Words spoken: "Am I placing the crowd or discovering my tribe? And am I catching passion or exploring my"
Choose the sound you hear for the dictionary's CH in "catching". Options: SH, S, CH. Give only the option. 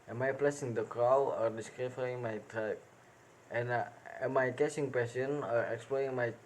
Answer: S